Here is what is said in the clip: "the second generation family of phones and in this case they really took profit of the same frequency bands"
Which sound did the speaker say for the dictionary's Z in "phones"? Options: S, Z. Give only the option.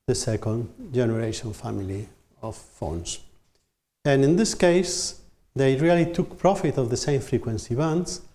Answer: S